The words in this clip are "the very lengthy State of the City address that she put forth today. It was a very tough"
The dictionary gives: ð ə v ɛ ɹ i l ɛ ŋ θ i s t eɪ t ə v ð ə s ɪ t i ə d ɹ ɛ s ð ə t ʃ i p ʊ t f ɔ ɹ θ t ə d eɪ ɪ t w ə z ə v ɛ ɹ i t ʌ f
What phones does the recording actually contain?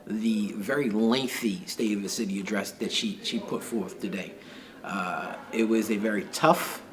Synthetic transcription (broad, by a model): ð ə v ɛ ɹ i l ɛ ŋ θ i s t eɪ t ə v ð ə s ɪ t i ə d ɹ ɛ s ð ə t ʃ i p ʊ t f ɔ ɹ θ t ə d eɪ ɪ t w ə z ə v ɛ ɹ i t ʌ f